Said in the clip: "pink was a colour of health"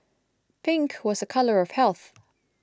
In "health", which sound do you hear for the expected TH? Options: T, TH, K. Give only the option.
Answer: TH